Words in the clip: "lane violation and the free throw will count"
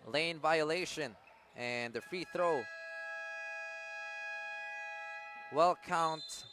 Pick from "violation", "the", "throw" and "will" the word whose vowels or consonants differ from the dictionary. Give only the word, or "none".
none